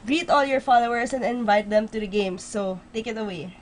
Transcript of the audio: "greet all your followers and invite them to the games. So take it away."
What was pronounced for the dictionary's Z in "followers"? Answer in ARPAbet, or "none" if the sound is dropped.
S